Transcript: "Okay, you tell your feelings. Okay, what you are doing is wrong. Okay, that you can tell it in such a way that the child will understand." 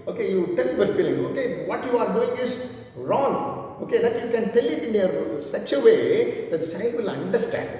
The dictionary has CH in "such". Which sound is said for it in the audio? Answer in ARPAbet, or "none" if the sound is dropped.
S